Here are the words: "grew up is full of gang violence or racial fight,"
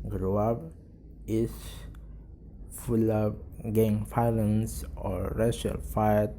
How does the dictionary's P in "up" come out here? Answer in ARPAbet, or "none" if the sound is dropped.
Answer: B